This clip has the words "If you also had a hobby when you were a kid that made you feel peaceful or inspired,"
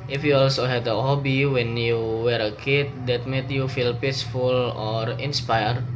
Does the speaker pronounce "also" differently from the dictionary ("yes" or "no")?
no